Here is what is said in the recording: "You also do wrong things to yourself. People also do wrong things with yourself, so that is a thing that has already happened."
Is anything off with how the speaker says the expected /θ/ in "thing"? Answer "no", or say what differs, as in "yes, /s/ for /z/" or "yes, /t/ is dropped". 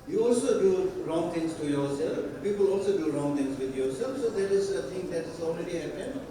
yes, /t/ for /θ/